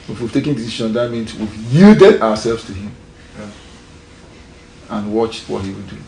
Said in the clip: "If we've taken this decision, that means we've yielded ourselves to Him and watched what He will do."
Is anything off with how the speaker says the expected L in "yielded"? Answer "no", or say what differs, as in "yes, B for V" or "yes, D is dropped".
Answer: yes, L is dropped